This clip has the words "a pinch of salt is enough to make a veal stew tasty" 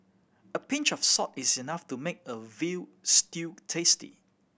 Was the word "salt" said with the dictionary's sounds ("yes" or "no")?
no